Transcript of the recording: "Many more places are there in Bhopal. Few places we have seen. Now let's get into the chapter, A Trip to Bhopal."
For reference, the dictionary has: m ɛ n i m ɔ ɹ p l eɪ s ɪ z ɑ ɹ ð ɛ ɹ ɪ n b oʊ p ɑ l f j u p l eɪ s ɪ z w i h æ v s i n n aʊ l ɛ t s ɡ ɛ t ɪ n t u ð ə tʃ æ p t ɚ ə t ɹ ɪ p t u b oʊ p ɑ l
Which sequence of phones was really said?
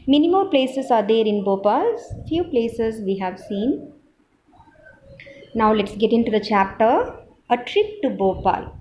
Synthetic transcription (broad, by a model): m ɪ n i m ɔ l p l eɪ s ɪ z ɑ ɹ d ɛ ɹ ɪ n b oʊ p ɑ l f j u p l eɪ s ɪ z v i h æ v s i n n aʊ l ɛ t s ɡ ɛ t ɪ n t u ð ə tʃ æ p t ɚ ə t ɹ ɪ p t u b oʊ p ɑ l